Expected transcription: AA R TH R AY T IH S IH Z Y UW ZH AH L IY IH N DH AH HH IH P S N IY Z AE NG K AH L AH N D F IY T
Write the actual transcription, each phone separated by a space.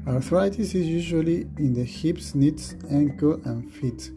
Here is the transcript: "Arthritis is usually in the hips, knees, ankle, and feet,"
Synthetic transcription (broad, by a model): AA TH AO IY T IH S IH Z Y UW ZH AH L IY IH N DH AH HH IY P S N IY S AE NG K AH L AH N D F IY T